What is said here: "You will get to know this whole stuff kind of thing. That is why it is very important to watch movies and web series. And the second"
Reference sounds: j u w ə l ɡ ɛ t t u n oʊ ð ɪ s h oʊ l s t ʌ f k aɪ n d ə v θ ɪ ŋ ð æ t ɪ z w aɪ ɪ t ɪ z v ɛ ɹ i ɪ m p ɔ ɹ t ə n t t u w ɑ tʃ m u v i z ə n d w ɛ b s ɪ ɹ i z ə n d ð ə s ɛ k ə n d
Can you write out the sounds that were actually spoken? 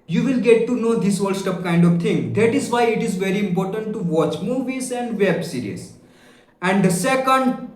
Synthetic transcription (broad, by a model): j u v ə l ɡ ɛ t t u n oʊ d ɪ s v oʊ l s t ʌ p k aɪ n d ə v t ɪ ŋ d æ t ɪ z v aɪ ɪ t ɪ z v ɛ ɹ i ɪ m p ɔ ɹ t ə n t t u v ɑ tʃ m u v i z ə n d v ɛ b s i ɹ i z ə n d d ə s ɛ k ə n d